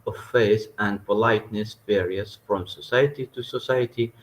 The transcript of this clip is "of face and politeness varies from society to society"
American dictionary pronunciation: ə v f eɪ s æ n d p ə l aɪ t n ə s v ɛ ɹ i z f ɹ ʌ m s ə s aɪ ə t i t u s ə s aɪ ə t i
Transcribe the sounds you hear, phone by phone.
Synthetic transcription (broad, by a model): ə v f eɪ θ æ n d p ə l aɪ t n ə s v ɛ ɹ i s f ɹ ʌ m s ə s aɪ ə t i t u s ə s aɪ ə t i